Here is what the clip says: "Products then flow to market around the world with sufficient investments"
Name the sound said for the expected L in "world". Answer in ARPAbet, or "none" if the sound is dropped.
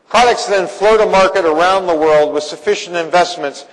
L